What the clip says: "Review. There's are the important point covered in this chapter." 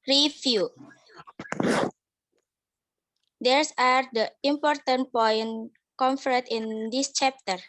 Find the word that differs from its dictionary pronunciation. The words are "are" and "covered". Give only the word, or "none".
covered